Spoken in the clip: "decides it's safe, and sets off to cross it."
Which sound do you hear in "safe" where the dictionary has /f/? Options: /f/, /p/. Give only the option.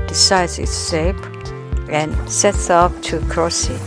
/p/